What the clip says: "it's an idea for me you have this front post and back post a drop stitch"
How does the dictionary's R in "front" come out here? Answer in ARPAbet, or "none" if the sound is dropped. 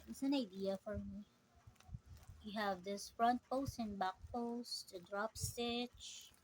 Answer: R